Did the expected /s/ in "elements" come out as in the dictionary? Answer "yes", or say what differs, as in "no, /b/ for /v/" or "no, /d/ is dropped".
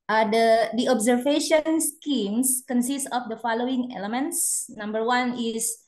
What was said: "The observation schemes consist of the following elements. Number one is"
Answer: yes